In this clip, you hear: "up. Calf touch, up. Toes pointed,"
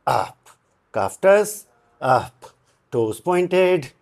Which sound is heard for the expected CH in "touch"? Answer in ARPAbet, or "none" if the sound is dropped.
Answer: S